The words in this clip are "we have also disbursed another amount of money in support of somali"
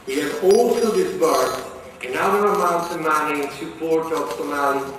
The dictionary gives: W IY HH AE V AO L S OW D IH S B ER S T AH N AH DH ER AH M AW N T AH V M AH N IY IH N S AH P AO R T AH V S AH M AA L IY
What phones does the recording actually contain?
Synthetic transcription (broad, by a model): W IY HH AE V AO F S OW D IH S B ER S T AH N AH ER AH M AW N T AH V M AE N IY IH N S AH P AO R T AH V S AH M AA L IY